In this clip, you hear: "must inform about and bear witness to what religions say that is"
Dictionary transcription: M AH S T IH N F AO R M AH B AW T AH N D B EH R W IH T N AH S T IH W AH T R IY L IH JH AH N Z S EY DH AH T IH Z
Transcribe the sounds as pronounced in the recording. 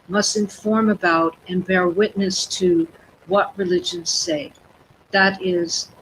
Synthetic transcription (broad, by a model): M AH S T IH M F AO R M AH B AW T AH N B EH R W IH T N AH S T IH W AH T R IY L IH JH AH N Z S EY DH AH T IH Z